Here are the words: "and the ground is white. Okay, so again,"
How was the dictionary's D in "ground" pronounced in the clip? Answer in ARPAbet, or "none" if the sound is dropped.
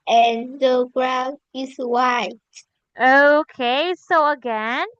none